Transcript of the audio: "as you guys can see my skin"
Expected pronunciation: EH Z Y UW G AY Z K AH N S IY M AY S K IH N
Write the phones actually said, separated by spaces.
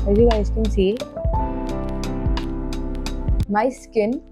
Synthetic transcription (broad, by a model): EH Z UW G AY S K AH N S IY M AY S K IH N